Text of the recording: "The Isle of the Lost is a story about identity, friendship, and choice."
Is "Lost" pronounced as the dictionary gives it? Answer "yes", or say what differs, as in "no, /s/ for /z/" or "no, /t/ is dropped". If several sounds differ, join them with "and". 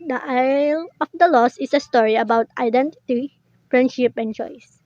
no, /t/ is dropped